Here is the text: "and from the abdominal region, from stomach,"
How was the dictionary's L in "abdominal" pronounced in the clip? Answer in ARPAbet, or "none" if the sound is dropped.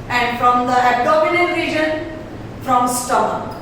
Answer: N